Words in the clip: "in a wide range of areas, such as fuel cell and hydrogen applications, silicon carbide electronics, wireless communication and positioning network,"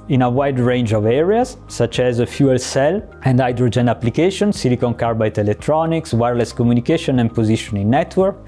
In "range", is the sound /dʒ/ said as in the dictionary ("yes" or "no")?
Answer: yes